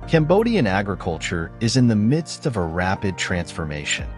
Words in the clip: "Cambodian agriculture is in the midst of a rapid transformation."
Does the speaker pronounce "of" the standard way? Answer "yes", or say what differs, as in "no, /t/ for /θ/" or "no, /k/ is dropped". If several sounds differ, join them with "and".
yes